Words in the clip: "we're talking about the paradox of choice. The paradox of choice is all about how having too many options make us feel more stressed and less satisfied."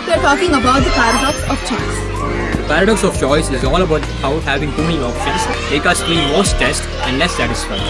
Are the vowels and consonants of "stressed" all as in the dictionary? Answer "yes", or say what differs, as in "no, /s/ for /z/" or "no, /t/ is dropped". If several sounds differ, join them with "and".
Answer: no, /ɹ/ is dropped